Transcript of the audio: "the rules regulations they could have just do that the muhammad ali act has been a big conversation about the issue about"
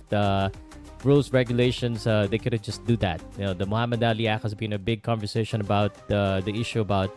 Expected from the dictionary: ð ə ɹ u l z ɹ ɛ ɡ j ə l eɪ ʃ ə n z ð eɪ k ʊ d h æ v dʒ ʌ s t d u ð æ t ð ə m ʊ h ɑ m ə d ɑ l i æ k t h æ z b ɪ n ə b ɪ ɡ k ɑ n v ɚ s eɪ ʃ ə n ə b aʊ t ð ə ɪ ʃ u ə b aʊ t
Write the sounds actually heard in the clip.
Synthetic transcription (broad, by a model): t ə ɹ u l s ɹ ɛ ɡ j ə l eɪ ʃ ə n s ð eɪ k ʊ d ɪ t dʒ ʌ s t d u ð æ t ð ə m ʊ h ɑ m ə d ɑ l i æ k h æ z b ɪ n ə b ɪ ɡ k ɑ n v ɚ s eɪ ʃ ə n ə b aʊ t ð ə ɪ ʃ u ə b aʊ t